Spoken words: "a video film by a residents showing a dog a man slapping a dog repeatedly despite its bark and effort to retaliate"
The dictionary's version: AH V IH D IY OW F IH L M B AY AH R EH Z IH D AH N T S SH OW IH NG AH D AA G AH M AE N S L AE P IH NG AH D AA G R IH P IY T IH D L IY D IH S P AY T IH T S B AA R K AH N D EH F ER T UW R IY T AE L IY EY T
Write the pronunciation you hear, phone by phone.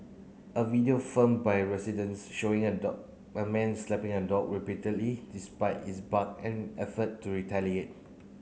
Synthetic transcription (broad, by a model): AH V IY D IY OW F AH M B AY R EH S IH D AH N S SH OW IH NG AH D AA AH M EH N S L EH P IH NG AH D AA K R IH P IY T IH D L IY D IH S P AY T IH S B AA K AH N EH F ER T UW R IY T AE L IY EY T